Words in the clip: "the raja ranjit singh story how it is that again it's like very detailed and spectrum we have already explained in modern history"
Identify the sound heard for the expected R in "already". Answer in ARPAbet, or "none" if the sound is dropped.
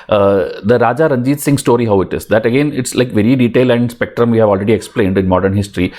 R